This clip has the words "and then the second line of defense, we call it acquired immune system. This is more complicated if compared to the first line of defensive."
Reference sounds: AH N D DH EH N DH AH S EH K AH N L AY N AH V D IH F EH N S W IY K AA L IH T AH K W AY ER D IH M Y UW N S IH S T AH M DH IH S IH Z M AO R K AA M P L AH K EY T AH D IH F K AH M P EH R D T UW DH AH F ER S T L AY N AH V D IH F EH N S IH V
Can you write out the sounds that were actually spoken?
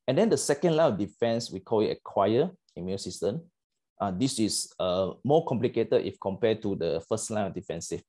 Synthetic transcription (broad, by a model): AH N D EH N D AH S EH K AH N L AY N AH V D IH F EH N S W IY K AA L IH T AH K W AY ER IH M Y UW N S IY S T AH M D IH S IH S M AO K AA M P L AH K EY T AH D IH F K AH M P EH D T UW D AH F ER S T L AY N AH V D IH F EH N S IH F